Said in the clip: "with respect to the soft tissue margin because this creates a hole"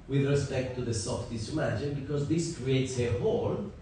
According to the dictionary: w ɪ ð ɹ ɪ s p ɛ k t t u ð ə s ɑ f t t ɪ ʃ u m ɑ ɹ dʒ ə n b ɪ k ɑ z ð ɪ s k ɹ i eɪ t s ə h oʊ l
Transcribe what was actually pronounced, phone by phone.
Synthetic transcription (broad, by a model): w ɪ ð ɹ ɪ s p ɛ k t t u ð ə s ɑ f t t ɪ s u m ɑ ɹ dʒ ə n b ɪ k ɑ z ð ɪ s k ɹ i eɪ t s ə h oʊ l